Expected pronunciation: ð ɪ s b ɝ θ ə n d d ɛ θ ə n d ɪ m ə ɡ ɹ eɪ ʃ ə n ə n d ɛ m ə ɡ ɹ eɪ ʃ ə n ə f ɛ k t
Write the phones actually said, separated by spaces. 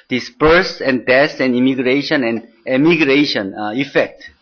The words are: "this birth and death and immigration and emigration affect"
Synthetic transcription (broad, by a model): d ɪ s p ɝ s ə n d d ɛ s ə n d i m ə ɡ ɹ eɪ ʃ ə n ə n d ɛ m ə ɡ ɹ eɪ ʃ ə n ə f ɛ k t